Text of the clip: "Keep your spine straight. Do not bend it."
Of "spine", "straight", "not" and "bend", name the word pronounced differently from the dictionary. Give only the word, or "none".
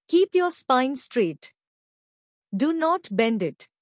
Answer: none